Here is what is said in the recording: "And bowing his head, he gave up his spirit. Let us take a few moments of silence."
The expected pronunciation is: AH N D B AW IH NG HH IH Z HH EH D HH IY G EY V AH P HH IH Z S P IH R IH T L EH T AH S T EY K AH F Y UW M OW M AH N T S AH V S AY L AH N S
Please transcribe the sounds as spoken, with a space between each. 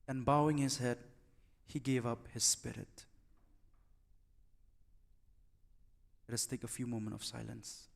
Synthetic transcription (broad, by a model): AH N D B AW IH NG HH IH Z HH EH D HH IY G EY V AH P HH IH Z S P IH R IH T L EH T AH S T EY K AH F Y UW M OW M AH N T AH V S AY L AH N S